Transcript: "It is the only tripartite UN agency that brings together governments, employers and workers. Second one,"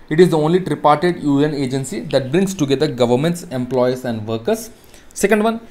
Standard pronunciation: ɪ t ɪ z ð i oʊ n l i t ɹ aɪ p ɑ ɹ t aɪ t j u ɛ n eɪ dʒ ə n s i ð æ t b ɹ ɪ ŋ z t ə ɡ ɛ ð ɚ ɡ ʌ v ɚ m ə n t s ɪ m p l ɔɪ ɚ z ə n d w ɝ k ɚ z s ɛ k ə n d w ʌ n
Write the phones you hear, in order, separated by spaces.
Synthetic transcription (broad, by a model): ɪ t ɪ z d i oʊ n l i t ɹ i p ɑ ɹ t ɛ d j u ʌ n eɪ dʒ ə n s i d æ t b ɹ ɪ ŋ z t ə ɡ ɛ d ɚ ɡ ʌ v ɚ m ə n t s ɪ m p l ɔɪ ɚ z ə n d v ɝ k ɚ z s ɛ k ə n d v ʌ n